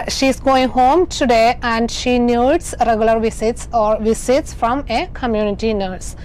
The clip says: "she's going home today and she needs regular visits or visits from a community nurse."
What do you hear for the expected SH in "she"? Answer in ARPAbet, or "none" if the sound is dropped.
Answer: SH